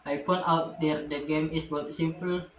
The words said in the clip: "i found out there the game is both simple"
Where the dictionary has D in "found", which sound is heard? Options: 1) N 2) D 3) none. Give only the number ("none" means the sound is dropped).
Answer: 3